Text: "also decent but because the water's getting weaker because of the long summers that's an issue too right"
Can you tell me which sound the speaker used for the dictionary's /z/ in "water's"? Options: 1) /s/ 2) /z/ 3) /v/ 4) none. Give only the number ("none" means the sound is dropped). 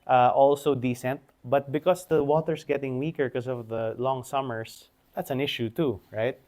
1